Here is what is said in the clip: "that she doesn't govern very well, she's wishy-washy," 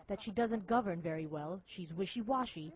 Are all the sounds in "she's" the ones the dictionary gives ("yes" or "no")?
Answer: yes